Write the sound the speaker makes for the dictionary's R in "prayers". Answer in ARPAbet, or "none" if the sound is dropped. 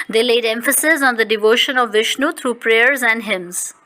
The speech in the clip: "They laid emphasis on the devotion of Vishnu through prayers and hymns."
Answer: R